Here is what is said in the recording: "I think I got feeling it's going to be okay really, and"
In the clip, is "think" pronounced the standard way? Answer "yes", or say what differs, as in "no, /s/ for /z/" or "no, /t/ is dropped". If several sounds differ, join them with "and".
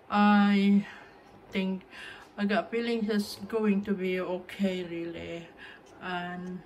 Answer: no, /t/ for /θ/